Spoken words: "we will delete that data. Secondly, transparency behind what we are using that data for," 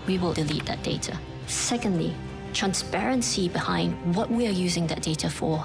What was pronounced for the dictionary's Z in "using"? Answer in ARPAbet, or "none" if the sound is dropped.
Z